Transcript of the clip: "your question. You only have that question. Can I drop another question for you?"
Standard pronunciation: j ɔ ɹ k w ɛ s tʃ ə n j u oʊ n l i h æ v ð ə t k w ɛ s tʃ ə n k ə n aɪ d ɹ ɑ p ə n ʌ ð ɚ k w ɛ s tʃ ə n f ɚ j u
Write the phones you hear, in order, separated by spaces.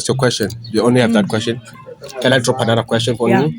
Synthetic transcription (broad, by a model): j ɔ k w ɛ s tʃ ə n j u oʊ n l i h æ v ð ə t k w ɛ s tʃ ə n k ə n aɪ d ɹ ɑ p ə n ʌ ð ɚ k w ɛ s tʃ ə n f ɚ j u